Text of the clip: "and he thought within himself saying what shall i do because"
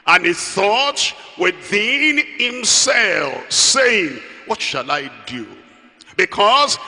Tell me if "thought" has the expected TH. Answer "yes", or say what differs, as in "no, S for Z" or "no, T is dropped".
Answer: yes